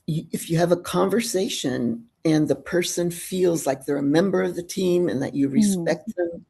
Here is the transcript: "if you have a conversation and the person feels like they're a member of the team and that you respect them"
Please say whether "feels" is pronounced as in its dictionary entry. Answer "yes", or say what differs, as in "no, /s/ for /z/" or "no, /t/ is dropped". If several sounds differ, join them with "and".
yes